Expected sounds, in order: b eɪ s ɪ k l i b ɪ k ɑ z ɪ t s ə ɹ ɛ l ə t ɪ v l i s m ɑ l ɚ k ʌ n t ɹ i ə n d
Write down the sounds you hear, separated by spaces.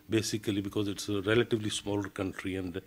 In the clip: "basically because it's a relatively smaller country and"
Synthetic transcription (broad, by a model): b eɪ s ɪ k l i b ɪ k ɑ z ɪ t s ə ɹ ɛ l ə t ɪ v l i s m ɑ l ɚ k ʌ n t ɹ i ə n d